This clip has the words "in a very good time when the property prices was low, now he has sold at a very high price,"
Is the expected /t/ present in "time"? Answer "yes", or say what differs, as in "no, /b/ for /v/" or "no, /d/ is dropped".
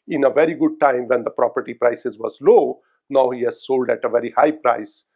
yes